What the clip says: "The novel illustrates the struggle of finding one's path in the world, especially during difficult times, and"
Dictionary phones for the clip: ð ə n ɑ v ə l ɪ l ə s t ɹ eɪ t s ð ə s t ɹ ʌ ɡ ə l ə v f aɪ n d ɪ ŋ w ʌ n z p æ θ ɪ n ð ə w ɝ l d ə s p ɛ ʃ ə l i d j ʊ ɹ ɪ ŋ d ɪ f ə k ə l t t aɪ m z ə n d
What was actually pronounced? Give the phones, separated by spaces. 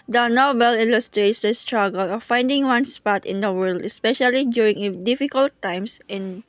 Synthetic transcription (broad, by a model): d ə n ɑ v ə l ɪ l ə s t ɹ eɪ t s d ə s t ɹ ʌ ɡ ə l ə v f aɪ n d ɪ ŋ w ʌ n s p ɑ t ɪ n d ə w ɝ l d ə s p ɛ ʃ ə l i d j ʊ ɹ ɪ ŋ d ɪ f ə k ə l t t aɪ m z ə n